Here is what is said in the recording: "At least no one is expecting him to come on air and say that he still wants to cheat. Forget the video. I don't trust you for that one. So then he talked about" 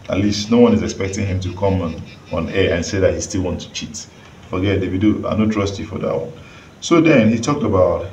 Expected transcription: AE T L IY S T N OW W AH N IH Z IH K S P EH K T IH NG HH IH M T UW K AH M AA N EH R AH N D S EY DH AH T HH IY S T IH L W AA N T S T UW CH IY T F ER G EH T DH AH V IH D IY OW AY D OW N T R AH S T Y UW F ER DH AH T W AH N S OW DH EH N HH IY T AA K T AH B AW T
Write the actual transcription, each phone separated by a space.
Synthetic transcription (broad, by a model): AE T L IY S T N OW W AH N IH Z IH K S P EH K T IH NG HH IH M T UW K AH M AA N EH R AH N S EY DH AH T HH IY S T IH L W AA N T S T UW CH IY T F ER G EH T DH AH W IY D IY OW AY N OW T R AH S T Y UW F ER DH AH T W AH N S OW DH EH N HH IY T AA K T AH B AW T